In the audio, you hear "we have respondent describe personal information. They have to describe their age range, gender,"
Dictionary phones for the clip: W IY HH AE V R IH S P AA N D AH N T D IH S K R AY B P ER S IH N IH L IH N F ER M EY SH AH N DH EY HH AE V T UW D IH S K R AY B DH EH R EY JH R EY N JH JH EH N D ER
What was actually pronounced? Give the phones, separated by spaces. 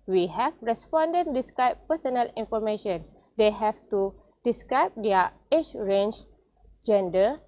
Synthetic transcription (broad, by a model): W IY HH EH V R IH S P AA N D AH N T D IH S K R AY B P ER S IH N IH L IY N F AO M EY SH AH N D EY HH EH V T UW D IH S K R AY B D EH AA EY CH R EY N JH JH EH N D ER